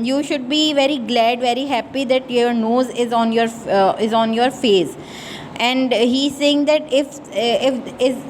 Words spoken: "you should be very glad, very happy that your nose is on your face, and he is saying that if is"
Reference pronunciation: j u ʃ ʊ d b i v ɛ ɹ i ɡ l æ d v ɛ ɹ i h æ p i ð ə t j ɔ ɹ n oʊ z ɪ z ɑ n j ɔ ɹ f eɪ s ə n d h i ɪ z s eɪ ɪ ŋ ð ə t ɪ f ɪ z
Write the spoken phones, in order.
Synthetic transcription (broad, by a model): j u ʃ ʊ d b i v ɛ ɹ i ɡ l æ d v ɛ ɹ i h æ p i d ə t j ɔ ɹ n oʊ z ɪ z ɑ n j ɔ ɹ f eɪ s ə n d h i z s eɪ ɪ ŋ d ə t ɪ f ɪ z